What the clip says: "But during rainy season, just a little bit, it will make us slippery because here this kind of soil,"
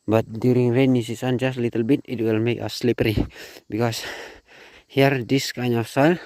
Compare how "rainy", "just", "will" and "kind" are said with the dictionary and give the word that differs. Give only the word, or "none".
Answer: kind